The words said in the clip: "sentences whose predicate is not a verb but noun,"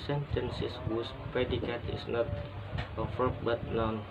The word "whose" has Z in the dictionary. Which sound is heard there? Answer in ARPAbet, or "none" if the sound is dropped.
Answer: S